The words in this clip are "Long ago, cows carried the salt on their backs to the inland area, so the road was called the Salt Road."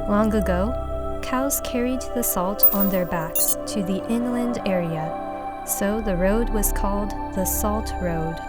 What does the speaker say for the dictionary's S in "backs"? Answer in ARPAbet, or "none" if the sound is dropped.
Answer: S